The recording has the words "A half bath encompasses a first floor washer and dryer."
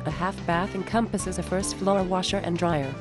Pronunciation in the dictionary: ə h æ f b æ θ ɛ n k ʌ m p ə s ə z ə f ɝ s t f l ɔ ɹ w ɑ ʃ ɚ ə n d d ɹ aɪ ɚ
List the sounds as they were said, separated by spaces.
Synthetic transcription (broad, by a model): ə h æ f b æ θ ɛ n k ʌ m p ə s ə z ə f ɝ s t f l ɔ ɹ w ɑ ʃ ɚ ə n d d ɹ aɪ ɚ